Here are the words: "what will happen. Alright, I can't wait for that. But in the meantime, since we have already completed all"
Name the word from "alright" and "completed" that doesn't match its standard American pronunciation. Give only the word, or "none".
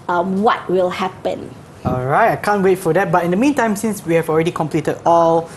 none